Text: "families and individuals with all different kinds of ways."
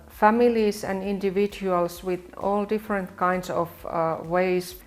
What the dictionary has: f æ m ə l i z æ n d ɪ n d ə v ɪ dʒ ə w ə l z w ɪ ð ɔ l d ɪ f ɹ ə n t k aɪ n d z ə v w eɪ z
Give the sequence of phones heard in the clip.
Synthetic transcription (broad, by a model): f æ m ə l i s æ n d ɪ n d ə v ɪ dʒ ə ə l s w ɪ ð ɔ l d ɪ f ɹ ə n t k aɪ n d s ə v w eɪ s